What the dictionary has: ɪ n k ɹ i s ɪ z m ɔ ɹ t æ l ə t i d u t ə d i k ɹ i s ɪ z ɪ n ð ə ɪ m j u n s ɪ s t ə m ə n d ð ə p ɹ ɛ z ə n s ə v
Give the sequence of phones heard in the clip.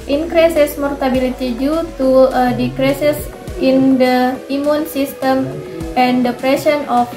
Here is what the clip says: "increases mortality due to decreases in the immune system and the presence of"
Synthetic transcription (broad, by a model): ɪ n k ɹ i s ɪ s m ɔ ɹ t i l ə t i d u t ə d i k ɹ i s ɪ s ɪ n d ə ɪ m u n s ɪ s t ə m ə n d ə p ɹ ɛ s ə n ə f